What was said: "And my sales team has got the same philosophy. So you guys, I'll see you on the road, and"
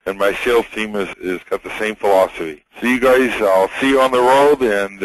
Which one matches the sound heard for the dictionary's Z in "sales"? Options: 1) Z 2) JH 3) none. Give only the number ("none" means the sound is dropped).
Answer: 3